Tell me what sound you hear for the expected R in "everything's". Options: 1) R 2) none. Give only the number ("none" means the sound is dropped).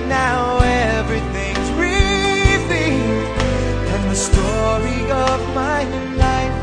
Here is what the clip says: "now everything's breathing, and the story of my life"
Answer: 1